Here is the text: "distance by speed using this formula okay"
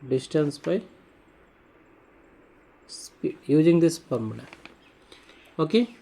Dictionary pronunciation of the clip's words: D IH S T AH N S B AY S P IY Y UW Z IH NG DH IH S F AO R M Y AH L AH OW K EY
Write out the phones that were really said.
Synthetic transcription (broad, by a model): D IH S T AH N S B AY S P IY Y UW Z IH NG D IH S P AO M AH N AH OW K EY